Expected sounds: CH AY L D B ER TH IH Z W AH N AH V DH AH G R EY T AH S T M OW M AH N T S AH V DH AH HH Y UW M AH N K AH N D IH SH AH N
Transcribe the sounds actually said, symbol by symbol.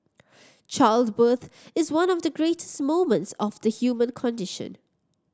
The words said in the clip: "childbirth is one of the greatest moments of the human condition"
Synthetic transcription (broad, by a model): CH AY L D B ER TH IH Z W AH N AH V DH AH G R EY T AH S T M OW M AH N T S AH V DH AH HH Y UW M AH N K AH N D IH SH AH N